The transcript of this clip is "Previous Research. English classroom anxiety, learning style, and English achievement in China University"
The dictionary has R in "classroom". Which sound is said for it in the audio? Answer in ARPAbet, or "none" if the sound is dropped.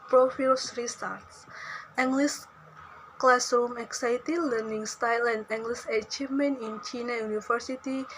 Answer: none